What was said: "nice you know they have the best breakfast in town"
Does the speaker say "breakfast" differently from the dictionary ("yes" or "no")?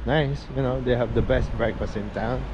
no